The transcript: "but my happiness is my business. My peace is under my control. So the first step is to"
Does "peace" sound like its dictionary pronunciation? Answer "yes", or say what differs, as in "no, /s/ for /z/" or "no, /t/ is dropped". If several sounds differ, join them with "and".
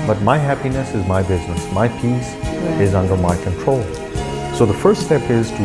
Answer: yes